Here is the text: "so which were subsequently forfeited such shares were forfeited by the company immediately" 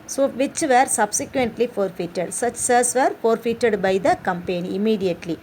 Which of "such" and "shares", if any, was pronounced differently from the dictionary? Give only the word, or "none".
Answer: shares